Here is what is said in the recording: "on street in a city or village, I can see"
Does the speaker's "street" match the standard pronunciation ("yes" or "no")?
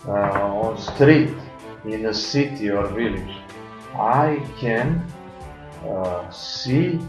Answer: yes